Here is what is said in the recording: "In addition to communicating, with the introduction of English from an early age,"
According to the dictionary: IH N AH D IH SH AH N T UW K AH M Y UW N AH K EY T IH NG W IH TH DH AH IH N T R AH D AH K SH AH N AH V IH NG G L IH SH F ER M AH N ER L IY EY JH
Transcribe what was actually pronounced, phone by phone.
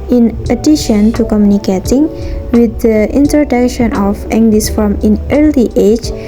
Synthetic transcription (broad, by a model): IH N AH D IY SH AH N T UW K AH M Y UW N AH K EY T IH NG W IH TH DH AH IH N T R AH D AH K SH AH N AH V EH NG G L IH S F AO M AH N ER L IY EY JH